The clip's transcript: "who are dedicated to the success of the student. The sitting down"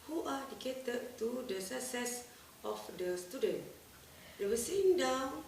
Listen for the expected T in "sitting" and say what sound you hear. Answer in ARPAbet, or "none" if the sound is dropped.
S